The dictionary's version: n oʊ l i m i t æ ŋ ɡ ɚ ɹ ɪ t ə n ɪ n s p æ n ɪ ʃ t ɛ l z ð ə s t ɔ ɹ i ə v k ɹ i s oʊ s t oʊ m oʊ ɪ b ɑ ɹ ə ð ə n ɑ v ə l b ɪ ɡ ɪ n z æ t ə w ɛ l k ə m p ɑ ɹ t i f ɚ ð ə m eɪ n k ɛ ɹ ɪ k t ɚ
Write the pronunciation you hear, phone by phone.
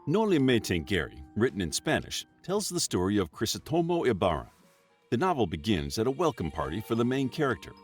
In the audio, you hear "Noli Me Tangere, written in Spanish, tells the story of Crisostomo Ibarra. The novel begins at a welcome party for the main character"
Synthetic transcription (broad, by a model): n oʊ l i m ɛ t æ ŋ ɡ ɚ ɹ ɪ t n ɪ n s p æ n ɪ ʃ t ɛ l z ð ə s t ɔ ɹ i ə v k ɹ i s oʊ t oʊ m oʊ ɪ b ɑ ɹ ə ð ə n ɑ v l b ɪ ɡ ɪ n z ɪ t ə w ɛ l k ə m p ɑ ɹ t i f ɚ ð ə m eɪ n k ɛ ɹ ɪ k t ɚ